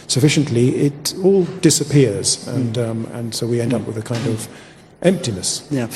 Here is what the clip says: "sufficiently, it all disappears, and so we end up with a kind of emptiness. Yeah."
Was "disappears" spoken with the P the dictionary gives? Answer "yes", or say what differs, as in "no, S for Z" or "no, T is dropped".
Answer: yes